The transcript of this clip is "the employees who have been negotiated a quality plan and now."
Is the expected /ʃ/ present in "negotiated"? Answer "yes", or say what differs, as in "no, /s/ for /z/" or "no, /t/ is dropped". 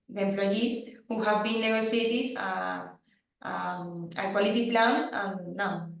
no, /s/ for /ʃ/